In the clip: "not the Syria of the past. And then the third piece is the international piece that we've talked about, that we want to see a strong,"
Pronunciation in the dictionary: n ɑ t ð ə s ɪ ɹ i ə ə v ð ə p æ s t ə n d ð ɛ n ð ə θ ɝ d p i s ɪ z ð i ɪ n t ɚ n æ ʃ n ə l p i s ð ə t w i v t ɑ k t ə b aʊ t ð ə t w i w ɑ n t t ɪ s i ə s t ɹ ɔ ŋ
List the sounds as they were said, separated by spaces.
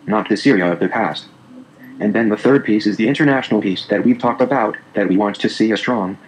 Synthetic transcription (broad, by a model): n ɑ t ð ə s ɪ ɹ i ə ə v ð ə p æ s t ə n ð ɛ n ð ə θ ɝ d p i s ɪ z ð i ɪ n t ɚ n æ ʃ n l p i s ð ə t w i v t ɑ k t ə b aʊ t ð ə t w i w ɑ n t t ɪ s i ə s t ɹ ɔ ŋ